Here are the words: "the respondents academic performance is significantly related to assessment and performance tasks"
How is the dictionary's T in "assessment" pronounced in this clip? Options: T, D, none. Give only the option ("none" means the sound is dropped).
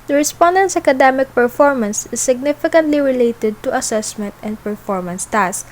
T